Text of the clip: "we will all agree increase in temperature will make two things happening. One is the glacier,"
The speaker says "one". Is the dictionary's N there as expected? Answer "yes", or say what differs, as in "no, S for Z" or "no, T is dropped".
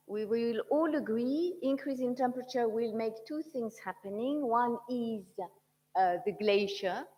yes